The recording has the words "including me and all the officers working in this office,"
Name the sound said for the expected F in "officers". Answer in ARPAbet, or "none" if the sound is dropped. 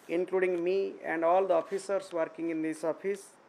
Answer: P